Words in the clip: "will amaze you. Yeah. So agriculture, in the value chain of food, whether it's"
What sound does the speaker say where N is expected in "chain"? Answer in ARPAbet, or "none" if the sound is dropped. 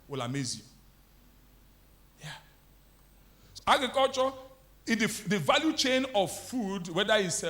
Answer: N